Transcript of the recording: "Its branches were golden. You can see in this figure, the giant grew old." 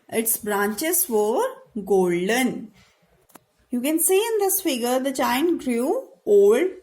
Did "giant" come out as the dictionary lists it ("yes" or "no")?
no